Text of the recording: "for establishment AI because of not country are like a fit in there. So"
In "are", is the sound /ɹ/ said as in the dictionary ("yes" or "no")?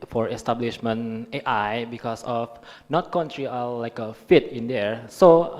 no